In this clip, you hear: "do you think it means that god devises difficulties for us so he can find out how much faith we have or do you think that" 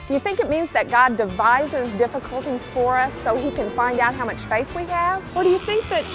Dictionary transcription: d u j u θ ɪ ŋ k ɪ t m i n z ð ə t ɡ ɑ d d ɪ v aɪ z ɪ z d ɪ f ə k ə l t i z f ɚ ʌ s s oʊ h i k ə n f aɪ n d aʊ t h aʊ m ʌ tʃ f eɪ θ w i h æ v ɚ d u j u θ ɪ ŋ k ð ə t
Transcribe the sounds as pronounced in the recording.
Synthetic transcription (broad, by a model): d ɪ j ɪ θ ɪ ŋ k ɪ t m i n z ð ə t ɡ ɑ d d ɪ v aɪ z ɪ z d ɪ f ə k ə l t i z f ɚ ʌ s s oʊ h i k ə n f aɪ n d aʊ t h aʊ m ʌ tʃ f eɪ θ w i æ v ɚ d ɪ j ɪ θ ɪ ŋ k ð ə t